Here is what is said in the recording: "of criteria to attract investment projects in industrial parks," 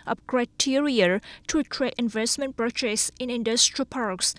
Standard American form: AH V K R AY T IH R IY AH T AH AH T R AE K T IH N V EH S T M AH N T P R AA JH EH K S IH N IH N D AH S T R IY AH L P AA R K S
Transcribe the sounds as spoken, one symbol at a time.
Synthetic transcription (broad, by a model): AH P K R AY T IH R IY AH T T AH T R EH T IH N V EH S T M AH N T P R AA CH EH S IH N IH N D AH S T R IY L P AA R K S